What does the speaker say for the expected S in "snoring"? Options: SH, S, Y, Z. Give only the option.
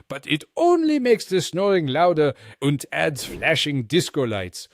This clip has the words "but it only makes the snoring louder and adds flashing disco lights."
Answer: S